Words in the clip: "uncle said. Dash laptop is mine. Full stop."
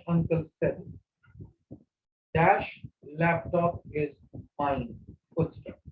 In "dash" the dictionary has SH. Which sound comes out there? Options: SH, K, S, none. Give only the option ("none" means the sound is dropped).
SH